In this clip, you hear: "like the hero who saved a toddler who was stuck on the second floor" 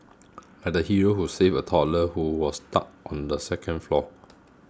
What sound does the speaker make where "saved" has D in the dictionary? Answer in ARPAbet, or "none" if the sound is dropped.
none